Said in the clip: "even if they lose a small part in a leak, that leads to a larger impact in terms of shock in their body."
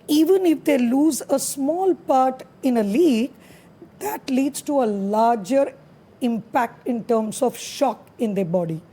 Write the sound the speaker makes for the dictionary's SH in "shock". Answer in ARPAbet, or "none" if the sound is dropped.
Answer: SH